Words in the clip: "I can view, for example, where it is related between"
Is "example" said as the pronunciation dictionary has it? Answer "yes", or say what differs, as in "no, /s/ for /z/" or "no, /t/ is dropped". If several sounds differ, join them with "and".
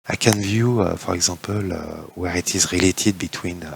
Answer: no, /m/ is dropped